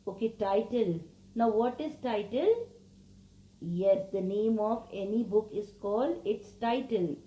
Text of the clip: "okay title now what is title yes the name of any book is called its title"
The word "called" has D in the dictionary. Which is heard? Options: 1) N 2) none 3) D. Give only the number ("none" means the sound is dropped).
3